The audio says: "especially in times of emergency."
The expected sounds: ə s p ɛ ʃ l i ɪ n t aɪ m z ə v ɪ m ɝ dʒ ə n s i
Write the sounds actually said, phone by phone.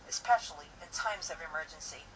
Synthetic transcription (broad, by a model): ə s p ɛ ʃ l i ɪ n t aɪ m z ə v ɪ m ɝ dʒ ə n s i